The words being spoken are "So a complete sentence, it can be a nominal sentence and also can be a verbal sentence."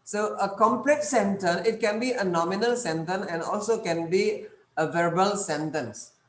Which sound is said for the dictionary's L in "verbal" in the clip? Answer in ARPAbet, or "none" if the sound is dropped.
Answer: L